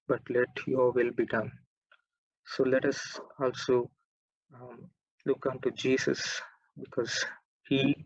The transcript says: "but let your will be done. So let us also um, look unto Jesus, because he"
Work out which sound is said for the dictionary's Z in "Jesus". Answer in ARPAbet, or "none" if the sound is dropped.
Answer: S